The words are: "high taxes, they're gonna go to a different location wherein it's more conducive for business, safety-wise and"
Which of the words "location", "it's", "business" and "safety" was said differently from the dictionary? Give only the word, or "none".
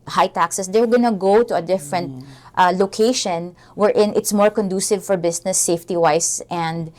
business